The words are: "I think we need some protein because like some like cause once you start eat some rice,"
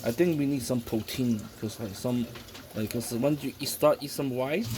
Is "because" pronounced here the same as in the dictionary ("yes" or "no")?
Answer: no